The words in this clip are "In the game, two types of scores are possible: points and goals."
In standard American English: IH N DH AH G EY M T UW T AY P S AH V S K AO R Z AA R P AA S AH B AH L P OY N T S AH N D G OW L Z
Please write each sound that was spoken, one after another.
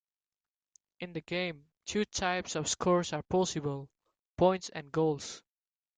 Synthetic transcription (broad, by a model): IH N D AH G EY M T UW T AY P S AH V S K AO R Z AA R P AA S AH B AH L P OY N T S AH N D G OW L S